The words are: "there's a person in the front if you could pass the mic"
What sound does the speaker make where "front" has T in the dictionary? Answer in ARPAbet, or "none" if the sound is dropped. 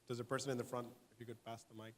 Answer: T